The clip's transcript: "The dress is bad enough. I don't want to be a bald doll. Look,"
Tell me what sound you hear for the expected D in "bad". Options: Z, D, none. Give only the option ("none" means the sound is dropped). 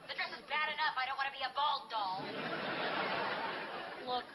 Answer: D